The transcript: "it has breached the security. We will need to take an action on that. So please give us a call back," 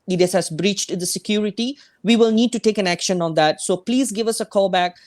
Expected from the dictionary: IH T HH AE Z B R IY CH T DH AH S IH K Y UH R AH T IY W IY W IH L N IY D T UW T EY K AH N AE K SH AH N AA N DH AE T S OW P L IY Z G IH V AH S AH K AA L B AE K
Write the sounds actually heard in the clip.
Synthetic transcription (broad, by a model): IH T HH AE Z B R IY CH T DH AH S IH K Y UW R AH T IY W IY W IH L N IY D T UW T EY K AH N AE K SH AH N AA N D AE T S OW P L IY Z G IH V AH S AH K AA L B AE K